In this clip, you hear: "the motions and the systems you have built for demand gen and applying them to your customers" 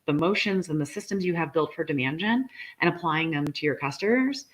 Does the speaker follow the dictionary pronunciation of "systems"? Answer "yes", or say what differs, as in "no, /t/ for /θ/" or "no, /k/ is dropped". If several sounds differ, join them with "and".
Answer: yes